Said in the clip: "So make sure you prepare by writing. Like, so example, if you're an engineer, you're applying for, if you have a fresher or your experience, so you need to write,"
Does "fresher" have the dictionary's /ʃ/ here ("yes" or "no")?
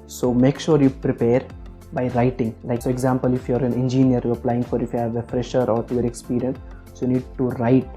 yes